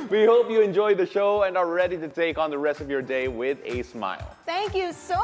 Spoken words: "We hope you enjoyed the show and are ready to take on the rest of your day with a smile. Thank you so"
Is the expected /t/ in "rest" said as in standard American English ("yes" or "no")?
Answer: yes